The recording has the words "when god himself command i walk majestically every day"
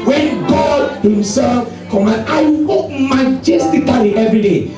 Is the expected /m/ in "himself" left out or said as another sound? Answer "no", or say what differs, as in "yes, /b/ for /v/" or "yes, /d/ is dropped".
no